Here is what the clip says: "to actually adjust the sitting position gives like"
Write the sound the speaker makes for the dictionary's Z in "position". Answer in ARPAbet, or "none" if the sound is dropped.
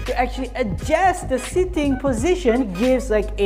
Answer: Z